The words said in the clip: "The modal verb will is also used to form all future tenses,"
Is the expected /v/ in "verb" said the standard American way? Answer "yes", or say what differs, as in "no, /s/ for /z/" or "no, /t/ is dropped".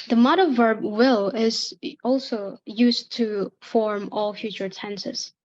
yes